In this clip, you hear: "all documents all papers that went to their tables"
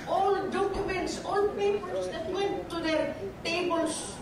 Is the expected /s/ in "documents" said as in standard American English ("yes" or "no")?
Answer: yes